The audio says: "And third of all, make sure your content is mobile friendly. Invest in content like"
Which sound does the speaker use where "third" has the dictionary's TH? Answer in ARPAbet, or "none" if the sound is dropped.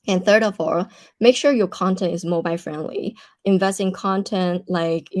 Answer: TH